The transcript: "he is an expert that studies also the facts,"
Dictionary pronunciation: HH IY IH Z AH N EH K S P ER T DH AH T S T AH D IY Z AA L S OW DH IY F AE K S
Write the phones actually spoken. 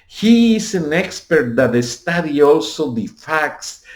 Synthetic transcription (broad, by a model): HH IY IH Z AH N EH K S P ER T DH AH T S T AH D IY AA L S OW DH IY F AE K S